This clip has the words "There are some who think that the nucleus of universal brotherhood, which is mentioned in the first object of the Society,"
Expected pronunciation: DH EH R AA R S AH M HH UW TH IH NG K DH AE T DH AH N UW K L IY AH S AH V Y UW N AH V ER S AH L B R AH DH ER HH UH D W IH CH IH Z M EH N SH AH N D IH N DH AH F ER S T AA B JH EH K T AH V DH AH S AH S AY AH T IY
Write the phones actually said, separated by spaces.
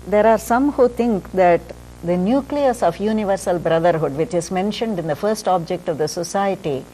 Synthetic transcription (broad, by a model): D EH R AA R S AH M HH UW T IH NG K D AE T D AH N UW K L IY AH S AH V Y UW N AH V ER S AH L B R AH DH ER HH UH D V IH CH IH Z M EH N SH AH N D IH N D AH F ER S T AA B JH EH K T AH V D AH S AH S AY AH T IY